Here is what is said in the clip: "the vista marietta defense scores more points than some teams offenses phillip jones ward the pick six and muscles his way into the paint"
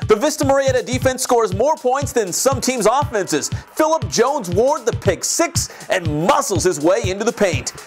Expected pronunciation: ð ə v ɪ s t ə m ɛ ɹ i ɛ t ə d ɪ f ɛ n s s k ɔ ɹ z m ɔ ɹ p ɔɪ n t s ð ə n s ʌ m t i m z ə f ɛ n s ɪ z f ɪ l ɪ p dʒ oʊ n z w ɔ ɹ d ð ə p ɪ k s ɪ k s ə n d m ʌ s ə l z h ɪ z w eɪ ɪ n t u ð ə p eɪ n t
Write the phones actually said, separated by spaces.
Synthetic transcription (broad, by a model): ð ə v ɪ s t ə m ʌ ɹ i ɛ t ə d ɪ f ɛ n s s k ɔ ɹ z m ɔ ɹ p ɔɪ n t s ð ə n s ʌ m t i m z ə f ɛ n s ɪ z f ɪ l ɪ p dʒ oʊ n z w ɔ ɹ d ð ə p ɪ k s ɪ k s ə n m ʌ s l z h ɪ z w eɪ ɪ n t u ð ə p eɪ n t